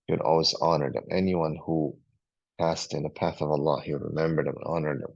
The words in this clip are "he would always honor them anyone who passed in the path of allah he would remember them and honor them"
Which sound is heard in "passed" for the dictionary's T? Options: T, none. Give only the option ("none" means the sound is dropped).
T